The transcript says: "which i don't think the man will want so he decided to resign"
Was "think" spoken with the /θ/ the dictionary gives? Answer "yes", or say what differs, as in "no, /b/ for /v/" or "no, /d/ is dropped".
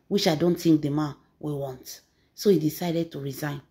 no, /t/ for /θ/